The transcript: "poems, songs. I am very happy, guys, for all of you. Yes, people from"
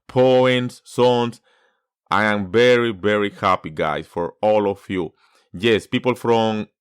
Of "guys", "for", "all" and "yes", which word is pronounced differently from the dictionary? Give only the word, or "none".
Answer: guys